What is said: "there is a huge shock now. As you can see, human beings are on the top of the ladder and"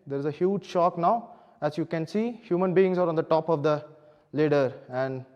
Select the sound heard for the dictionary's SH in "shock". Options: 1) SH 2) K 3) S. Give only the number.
1